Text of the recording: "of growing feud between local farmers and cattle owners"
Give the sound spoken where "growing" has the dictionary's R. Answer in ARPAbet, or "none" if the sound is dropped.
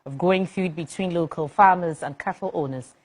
none